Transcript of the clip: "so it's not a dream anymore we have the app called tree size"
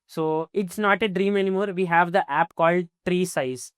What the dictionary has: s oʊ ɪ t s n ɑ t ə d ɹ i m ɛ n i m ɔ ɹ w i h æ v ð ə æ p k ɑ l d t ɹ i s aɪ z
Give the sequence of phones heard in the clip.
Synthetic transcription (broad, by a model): s oʊ ɪ t s n ɑ t ə d ɹ i m ɛ n i m ɔ ɹ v i h æ v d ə æ p k ɑ l d t ɹ i s aɪ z